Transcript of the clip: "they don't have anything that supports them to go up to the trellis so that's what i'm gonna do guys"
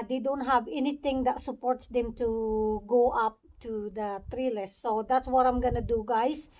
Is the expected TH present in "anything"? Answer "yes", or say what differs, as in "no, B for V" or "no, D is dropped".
no, T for TH